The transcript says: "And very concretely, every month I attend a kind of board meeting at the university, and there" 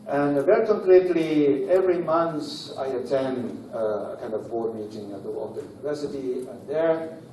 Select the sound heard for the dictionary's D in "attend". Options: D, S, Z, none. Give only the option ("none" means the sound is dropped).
D